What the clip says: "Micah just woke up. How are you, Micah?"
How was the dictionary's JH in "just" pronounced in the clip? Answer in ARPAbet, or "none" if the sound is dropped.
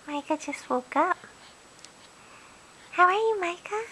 CH